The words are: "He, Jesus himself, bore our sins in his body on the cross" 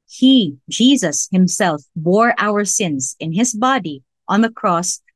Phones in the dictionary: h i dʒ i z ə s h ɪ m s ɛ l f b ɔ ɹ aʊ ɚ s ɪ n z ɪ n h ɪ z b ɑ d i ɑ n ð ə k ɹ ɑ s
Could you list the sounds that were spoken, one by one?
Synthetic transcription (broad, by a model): h i dʒ i z ə s h ɪ m s ɛ l f b ɔ ɹ aʊ ɚ s ɪ n z ɪ n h ɪ z b ɑ d i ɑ n ð ə k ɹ ɑ s